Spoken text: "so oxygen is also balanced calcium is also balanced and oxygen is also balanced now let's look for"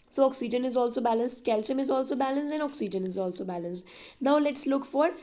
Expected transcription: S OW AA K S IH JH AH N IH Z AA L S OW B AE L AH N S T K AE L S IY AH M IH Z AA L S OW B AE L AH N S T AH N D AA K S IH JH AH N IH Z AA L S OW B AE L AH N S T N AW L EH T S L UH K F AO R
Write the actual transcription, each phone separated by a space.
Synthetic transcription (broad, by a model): S OW AA K S IH JH AH N IH Z AA L S OW B AE L AH N S T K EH L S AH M IH Z AA L S OW B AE L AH N S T AH N D AA K S IH JH AH N IH Z AA L S OW B AE L AH N S T N AW L EH T S L UH K F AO R